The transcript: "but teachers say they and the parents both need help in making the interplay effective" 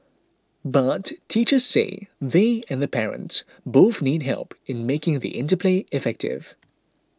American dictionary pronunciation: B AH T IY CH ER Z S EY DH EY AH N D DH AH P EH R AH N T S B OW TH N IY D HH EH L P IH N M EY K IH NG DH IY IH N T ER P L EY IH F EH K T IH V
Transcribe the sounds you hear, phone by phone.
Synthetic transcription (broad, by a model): B AH T IY CH ER Z S EY DH EY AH N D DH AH P EH R AH N T S B OW TH N IY D HH EH L P IH N M EY K IH NG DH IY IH N T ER P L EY IH F EH K T IH V